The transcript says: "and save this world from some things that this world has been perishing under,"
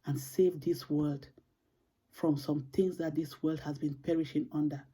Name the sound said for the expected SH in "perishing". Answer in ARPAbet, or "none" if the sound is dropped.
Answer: SH